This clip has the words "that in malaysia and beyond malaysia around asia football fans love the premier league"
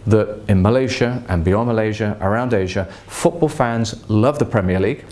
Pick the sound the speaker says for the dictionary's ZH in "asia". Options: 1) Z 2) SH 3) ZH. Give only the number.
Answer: 3